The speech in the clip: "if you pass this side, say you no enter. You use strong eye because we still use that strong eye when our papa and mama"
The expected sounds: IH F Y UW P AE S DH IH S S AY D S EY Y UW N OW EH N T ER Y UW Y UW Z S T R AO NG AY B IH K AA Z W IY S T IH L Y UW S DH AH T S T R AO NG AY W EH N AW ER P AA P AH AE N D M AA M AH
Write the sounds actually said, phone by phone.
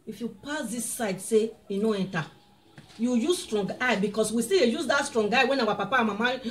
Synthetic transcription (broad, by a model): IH F Y UW P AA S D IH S S AY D S EY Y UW N OW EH N T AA Y UW Y UW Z S T R AO NG AY B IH K AA S W IY S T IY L Y UW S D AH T S T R AO NG AY W EH N AW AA P AA P AH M AA M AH